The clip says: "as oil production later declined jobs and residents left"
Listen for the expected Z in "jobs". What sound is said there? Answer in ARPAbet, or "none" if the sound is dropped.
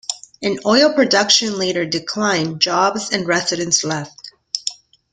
Z